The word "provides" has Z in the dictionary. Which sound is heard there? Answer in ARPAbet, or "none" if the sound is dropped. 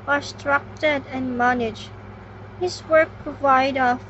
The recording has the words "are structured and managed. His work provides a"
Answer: none